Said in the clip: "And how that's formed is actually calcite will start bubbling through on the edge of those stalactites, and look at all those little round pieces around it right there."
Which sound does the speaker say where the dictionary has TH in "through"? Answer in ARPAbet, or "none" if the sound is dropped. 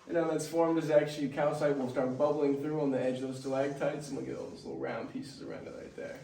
TH